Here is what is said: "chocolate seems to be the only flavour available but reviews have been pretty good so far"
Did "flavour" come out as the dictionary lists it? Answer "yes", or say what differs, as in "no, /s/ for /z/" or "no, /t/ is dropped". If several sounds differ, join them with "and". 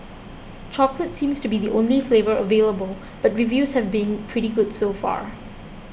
yes